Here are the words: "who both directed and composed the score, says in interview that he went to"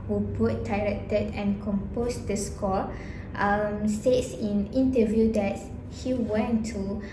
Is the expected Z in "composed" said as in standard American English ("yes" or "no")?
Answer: no